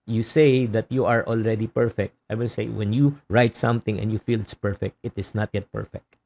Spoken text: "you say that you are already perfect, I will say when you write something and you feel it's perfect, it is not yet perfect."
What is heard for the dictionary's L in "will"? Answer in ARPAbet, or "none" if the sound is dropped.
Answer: N